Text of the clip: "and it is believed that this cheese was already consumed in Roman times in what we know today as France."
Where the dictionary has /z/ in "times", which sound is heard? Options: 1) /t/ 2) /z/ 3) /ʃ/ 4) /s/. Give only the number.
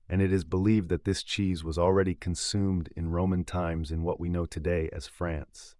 2